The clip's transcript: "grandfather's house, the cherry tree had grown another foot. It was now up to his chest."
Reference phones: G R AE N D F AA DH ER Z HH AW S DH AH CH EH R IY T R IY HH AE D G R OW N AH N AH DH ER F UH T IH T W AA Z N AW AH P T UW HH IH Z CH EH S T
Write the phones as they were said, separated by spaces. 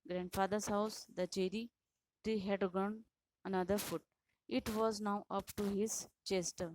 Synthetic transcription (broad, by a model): G R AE N D F AA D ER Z HH AW S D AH CH EH R IY T R IY HH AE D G OW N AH N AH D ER F UH T IH T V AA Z N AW AH P T UW HH IH Z CH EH S T